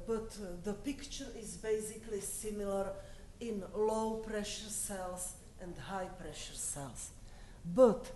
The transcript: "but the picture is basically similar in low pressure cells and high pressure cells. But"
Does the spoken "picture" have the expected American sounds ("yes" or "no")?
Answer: yes